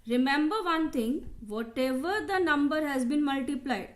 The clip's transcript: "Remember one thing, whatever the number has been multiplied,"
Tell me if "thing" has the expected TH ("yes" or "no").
no